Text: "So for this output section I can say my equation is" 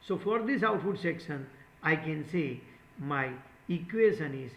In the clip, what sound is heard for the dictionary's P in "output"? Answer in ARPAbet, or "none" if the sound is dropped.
F